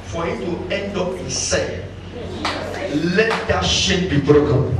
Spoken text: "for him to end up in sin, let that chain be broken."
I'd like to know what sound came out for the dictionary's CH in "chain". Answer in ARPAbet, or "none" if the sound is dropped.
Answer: SH